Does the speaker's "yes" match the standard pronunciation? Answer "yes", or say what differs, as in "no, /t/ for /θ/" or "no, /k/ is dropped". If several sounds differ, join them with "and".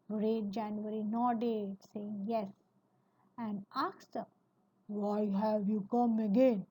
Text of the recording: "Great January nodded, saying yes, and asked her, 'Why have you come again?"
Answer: yes